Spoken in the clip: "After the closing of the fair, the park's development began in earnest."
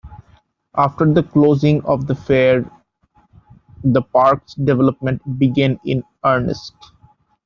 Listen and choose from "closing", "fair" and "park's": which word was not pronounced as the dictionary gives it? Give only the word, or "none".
none